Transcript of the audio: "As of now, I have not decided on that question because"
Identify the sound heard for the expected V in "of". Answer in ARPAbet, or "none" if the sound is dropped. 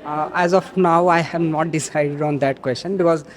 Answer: F